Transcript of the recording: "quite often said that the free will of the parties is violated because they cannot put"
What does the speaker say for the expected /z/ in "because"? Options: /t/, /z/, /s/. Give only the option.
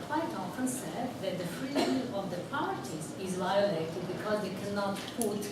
/z/